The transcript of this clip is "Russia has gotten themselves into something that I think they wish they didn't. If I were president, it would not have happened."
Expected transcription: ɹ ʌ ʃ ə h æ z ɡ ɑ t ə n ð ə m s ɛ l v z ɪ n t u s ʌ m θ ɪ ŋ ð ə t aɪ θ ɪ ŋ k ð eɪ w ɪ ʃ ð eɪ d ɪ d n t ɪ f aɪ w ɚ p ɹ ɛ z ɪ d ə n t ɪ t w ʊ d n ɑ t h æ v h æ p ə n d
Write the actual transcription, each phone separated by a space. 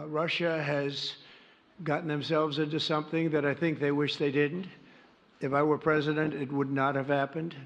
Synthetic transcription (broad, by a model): ɹ ʌ ʃ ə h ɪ z ɡ ɑ t n ð ə m s ɛ l v z ɪ n t u s ʌ m θ ɪ ŋ ð ə t aɪ θ ɪ ŋ k ð eɪ w ɪ ʃ ð eɪ d ɪ d n t ɪ f aɪ w ɚ p ɹ ɛ z ɪ d ə n t ɪ t w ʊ d n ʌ t h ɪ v h æ p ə n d